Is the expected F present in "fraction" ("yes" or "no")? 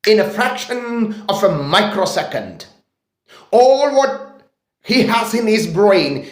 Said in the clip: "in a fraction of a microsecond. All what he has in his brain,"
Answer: yes